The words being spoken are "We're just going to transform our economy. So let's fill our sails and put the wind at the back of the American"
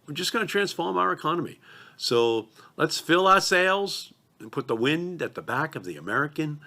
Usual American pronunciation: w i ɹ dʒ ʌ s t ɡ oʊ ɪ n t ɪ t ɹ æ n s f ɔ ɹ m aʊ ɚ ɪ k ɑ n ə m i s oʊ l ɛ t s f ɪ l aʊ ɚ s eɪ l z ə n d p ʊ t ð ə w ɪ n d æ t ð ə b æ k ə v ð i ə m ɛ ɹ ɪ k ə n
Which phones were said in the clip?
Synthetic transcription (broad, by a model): w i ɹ dʒ ʌ s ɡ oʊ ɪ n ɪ t ɹ æ n s f ɔ ɹ m aʊ ɚ ɪ k ɑ n ə m i s oʊ l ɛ t s f ɪ l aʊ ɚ s eɪ l z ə n p ʊ t ð ə w ɪ n d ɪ t ð ə b æ k ə v ð i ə m ɛ ɹ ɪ k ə n